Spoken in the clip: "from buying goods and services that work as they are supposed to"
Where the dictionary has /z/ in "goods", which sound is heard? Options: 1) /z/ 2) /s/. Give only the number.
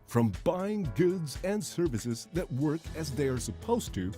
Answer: 1